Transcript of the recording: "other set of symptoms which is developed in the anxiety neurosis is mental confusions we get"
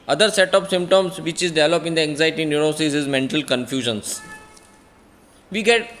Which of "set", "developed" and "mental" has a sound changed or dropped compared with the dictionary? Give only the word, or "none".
developed